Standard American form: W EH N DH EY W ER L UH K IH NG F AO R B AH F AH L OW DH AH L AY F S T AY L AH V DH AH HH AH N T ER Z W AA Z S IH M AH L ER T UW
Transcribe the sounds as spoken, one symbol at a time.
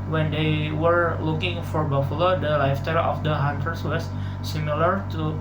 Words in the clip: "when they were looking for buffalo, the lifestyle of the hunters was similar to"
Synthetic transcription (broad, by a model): W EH N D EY W ER L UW K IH NG F AO R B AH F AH L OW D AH L AY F T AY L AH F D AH HH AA N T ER S W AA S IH M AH L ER T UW